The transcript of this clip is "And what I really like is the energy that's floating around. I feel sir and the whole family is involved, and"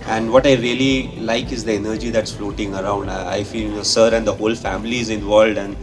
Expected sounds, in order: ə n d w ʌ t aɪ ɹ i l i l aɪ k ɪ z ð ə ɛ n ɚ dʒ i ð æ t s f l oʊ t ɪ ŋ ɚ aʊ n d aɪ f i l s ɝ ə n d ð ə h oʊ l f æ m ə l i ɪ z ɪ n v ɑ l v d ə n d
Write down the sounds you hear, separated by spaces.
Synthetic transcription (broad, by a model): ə n d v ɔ t aɪ ɹ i l i l aɪ k ɪ z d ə ɛ n ɚ dʒ i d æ t s f l oʊ t ɪ ŋ ɚ aʊ n d aɪ f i n s ɝ ə n d ə h oʊ l f æ m ə l i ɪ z ɪ n v ɑ l v d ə n d